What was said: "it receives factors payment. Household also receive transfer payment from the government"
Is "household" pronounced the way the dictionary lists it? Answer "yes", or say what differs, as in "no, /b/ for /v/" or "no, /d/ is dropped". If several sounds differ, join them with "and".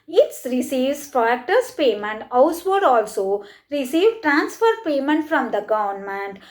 no, /l/ is dropped